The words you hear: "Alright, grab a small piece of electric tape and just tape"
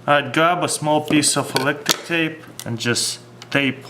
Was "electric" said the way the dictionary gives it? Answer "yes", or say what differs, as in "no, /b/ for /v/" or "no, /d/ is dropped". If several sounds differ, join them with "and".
no, /ɹ/ is dropped